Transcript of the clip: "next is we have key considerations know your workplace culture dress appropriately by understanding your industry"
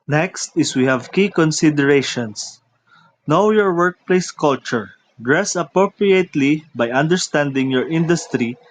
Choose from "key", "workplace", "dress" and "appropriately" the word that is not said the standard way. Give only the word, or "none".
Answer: none